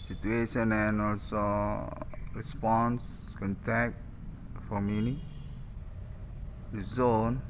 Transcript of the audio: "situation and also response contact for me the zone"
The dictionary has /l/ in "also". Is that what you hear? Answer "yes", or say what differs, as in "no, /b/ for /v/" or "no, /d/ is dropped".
yes